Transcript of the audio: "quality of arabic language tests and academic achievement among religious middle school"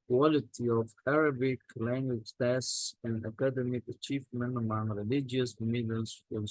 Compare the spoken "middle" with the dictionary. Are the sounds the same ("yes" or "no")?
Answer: no